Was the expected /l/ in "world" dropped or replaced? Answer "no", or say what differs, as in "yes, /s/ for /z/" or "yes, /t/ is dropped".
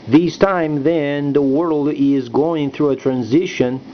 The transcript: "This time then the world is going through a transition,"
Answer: no